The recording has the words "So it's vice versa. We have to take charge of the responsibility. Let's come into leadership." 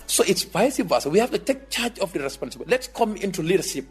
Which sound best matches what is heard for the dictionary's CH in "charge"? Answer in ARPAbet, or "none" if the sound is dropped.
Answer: CH